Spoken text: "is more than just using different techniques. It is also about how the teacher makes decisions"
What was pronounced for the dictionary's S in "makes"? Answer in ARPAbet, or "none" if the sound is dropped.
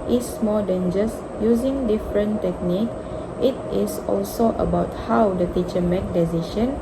none